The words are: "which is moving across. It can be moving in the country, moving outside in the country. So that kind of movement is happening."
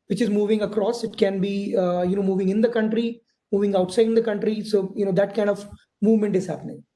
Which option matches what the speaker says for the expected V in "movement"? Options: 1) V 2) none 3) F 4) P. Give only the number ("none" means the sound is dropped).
1